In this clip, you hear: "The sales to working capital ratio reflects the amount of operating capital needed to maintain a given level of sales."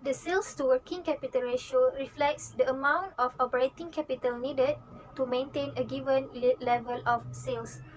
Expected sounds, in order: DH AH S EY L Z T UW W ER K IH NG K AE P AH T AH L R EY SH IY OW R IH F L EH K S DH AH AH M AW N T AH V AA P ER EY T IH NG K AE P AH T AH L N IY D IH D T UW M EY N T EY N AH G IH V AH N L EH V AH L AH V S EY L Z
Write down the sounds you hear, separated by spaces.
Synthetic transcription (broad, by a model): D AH S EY L S T UW W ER K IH NG K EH P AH T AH L R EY SH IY OW R IH F L EH K S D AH AH M AW N T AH F AA P ER EY T IH NG K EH P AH T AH L N IY D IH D T UW M EY N T EY N AH G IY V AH N L EH V AH L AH F S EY L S